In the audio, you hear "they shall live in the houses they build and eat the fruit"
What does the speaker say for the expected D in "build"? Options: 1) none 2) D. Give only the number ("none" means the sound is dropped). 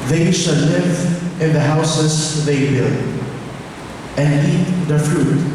1